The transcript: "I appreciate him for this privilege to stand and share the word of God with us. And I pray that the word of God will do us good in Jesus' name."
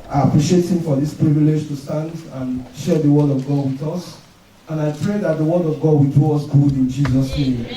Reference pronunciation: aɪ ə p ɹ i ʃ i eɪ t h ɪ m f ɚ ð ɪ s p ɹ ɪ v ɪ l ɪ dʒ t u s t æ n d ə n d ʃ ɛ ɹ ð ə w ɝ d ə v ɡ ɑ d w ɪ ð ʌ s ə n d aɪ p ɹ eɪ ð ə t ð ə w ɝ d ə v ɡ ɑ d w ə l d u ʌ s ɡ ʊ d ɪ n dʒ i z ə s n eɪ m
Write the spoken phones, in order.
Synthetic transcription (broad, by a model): aɪ ə p ɹ i ʃ i eɪ t h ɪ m f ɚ ð ɪ s p ɹ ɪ v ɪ l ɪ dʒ t u s t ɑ n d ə n ʃ ɛ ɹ ð ə w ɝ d ə v ɡ ɑ d w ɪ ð ʌ s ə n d aɪ p ɹ eɪ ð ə t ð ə w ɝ d ə v ɡ ɑ d w ə l d u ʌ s ɡ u d ɪ n dʒ i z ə s n eɪ m